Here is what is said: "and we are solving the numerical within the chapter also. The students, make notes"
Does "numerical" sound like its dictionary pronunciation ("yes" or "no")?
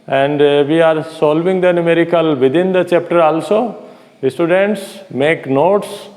yes